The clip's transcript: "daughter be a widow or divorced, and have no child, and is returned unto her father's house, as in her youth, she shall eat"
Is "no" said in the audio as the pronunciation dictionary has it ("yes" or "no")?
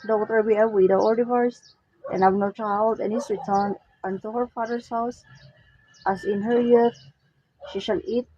yes